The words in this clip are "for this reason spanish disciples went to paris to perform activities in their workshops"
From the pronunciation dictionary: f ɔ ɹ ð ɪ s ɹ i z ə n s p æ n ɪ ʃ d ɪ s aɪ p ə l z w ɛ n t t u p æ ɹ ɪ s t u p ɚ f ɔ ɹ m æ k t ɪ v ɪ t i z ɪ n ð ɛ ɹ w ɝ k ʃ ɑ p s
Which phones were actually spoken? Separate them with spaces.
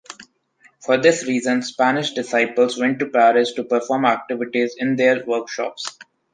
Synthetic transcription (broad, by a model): f ɔ ɹ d ɪ s ɹ i z ə n s p æ n ɪ ʃ d ɪ s aɪ p ə l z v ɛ n t t u p æ ɹ ɪ s t u p ɚ f ɔ ɹ m æ k t ɪ v ɪ t i z ɪ n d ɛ ɹ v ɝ k ʃ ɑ p s